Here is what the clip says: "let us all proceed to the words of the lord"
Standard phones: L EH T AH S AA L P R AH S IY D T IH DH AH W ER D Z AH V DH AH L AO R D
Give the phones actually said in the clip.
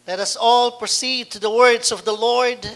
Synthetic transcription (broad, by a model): L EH T AH S AA L P R AH S IY D T IH DH AH W ER D Z AH V DH AH L AO R D